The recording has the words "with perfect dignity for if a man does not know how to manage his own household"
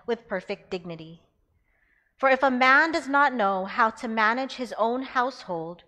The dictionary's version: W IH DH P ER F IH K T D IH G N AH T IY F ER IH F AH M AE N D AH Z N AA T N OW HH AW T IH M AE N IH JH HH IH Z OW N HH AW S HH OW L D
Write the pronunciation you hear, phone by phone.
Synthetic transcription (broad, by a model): W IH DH P ER F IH K D IH G N AH T IY F ER IH F AH M AE N D AH Z N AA T N OW HH AW T IH M AE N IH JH HH IH Z OW N HH AW S HH OW L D